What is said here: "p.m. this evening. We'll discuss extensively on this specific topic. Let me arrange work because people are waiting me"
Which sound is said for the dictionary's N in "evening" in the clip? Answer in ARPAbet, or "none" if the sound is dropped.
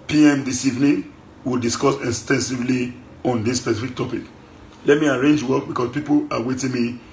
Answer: N